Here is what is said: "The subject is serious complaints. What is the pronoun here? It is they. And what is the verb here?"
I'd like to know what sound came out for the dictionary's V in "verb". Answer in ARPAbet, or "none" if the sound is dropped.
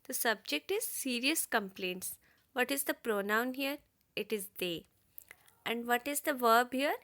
V